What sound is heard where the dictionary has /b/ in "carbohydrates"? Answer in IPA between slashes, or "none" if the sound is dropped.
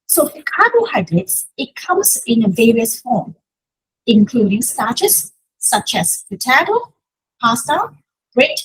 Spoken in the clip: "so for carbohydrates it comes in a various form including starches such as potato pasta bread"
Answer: none